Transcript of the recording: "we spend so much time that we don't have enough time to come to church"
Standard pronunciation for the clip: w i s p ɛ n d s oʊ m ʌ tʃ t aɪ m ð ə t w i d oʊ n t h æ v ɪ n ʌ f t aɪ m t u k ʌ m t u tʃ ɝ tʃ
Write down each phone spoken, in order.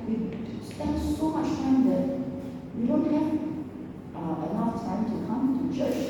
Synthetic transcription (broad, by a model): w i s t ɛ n s oʊ m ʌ tʃ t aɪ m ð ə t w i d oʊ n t h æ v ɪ l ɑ t aɪ m t u k ʌ m t u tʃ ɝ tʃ